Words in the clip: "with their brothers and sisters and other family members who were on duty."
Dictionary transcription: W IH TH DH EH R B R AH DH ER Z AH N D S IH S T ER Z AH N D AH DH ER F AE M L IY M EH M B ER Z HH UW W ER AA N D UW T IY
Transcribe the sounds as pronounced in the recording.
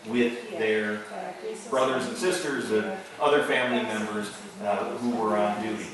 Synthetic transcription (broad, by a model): W IH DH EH R B R AH DH ER Z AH N S IH S T ER Z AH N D AH DH ER F AE M L IY M EH M B ER Z HH UW W ER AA N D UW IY